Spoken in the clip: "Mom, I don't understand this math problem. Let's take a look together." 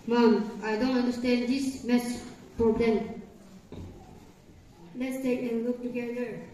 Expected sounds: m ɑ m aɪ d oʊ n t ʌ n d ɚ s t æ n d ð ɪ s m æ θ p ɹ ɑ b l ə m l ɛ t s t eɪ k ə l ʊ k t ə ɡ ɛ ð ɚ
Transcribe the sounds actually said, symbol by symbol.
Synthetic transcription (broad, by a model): m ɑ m aɪ d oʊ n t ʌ n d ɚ s t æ n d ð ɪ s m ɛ s p ɹ ɑ b l ə m l ɛ t s t eɪ k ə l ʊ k t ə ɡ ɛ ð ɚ